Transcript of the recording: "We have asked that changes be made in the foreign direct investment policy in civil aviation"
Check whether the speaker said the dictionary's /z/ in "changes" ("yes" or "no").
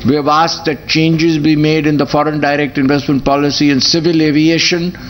yes